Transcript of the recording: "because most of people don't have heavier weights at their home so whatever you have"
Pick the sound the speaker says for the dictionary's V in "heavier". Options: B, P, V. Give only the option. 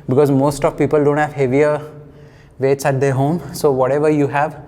V